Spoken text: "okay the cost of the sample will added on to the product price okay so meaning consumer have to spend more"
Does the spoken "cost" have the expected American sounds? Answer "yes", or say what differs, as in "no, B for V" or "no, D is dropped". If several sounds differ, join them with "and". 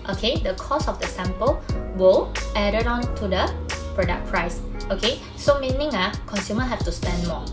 no, T is dropped